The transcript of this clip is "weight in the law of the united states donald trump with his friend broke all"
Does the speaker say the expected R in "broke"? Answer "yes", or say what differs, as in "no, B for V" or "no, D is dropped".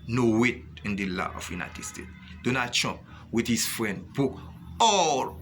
no, R is dropped